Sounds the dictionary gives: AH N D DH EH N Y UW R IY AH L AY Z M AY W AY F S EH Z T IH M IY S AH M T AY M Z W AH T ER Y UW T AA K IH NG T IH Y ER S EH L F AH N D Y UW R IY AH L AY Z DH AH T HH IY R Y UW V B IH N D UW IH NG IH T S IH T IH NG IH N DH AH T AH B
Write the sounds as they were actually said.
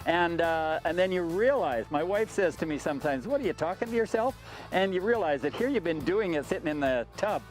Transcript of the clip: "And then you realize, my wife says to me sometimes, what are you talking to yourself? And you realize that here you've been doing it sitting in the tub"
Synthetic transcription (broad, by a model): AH N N DH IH N Y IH R IY AH L AY Z M AY W AY F S EH Z T IH M IY S AH M T AY M Z W AH T ER Y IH T AA K IH NG T IH Y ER S EH L F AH N Y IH R IY AH L AY Z DH AH T HH IY R Y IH V B IH N D UW IH NG IH T S IH T IH NG IH N DH AH T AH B